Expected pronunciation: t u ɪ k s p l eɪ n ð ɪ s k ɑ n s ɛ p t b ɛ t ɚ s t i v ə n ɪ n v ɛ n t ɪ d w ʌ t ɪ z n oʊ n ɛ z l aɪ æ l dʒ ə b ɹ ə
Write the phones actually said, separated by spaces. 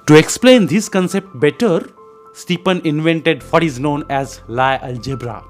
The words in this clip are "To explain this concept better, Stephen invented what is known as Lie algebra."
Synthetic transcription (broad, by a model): t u ɪ k s p l eɪ n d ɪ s k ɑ n s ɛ p t b ɛ t ɚ s t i p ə n ɪ n v ɛ n t ɪ d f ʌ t ɪ z n oʊ n ɛ z l aɪ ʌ l dʒ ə b ɹ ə